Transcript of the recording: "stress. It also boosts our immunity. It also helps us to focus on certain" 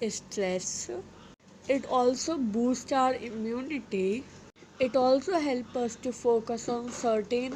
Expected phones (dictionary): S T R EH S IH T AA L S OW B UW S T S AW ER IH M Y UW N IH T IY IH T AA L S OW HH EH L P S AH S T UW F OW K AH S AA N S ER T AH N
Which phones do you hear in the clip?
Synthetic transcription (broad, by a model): S T R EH S IH T AA L S OW B UW S T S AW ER IH M Y UW N IH T IY IH T AA L S OW HH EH L P AH S T UW F OW K AH S AA N S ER T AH N